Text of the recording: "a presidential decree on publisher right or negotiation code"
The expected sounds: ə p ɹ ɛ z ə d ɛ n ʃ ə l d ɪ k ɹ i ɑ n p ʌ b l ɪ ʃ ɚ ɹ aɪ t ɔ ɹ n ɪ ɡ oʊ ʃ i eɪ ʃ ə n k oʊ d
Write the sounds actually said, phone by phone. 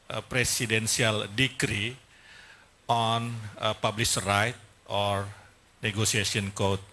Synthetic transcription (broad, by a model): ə p ɹ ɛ s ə d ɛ n s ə l d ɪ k ɹ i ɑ n p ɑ b l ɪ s ɹ aɪ t ɔ ɹ n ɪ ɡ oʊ s i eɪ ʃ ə n k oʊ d